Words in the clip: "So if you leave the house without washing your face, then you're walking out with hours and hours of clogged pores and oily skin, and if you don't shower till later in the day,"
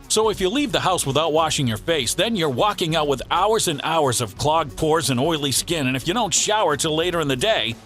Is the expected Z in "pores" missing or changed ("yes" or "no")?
no